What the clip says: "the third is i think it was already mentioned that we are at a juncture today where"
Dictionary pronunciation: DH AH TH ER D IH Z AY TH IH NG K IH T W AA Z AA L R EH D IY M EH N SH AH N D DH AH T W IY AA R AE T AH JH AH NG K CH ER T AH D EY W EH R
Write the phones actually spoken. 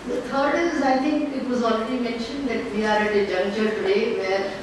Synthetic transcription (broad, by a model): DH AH T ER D IH Z AY T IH NG K IH T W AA Z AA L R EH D IY M EH N SH AH N D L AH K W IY AA R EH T AH JH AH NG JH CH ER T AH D EY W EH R